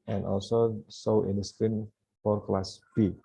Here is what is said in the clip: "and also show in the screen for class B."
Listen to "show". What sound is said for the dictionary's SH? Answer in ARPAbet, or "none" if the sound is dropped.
S